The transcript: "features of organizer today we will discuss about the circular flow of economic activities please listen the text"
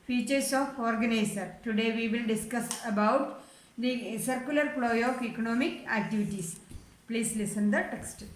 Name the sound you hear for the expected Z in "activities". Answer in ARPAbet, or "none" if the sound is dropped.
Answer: S